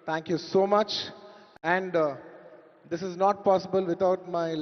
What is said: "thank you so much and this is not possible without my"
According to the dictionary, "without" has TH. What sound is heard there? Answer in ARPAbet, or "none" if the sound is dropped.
T